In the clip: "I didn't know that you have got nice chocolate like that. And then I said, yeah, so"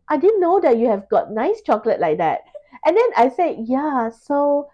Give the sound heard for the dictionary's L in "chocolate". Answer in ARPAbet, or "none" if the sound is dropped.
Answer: L